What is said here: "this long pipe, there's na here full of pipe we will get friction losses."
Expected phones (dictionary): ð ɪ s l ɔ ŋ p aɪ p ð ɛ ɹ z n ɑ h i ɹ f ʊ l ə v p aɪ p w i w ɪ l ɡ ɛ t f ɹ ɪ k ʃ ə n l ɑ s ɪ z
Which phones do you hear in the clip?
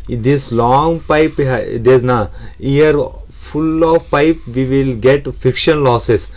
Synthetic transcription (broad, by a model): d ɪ s l ɔ ŋ p aɪ p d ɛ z n ɑ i ɹ f ʊ l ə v p aɪ p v i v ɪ l ɡ ɛ t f ɪ k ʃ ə n l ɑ s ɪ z